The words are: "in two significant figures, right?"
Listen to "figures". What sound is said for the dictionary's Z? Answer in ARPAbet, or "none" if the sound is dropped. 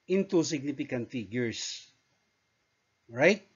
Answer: S